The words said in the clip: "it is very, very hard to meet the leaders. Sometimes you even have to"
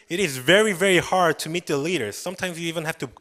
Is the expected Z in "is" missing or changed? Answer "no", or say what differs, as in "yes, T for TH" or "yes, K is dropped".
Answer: no